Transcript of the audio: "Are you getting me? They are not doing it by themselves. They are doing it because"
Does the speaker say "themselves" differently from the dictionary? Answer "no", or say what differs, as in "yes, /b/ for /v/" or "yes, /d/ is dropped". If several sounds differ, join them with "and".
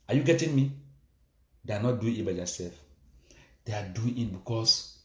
yes, /m/ is dropped